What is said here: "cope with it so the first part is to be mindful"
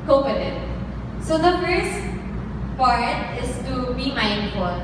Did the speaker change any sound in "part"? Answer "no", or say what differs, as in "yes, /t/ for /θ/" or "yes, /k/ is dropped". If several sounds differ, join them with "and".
yes, /f/ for /p/